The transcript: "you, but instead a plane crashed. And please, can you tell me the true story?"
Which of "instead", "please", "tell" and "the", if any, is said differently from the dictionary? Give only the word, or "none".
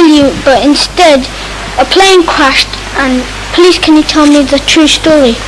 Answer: please